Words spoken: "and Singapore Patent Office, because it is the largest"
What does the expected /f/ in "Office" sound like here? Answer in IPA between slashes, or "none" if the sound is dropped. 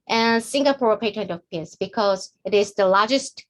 /p/